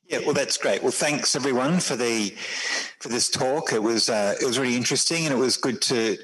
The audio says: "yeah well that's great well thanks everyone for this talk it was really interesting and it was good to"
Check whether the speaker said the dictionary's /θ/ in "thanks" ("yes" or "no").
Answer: yes